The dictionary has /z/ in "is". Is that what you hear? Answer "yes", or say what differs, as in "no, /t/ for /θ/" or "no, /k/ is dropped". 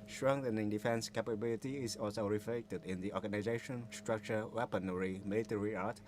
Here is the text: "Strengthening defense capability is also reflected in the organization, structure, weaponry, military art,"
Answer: no, /s/ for /z/